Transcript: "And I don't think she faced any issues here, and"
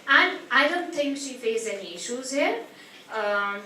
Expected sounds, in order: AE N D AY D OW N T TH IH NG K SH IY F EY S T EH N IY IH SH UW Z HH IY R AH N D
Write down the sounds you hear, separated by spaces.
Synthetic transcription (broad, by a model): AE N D AY D OW N T T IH NG K SH IY F EY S EH N IY IH SH UW Z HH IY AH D